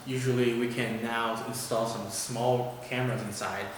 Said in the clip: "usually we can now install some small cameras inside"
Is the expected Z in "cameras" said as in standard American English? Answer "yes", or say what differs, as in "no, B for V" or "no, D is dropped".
yes